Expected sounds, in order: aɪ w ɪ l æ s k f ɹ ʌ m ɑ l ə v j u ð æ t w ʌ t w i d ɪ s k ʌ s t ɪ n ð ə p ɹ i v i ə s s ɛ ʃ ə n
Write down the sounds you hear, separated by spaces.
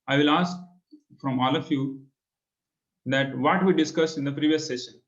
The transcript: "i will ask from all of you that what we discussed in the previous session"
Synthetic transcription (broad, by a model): aɪ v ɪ l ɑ s k f ɹ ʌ m ɑ l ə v j u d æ t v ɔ t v i d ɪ s k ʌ s ɪ n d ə p ɹ i v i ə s s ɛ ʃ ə n